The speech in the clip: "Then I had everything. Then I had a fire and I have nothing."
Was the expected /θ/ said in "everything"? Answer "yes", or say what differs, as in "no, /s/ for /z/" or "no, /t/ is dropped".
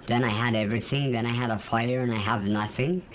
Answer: yes